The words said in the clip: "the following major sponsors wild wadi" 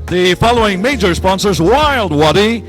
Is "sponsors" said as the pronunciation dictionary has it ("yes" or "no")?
yes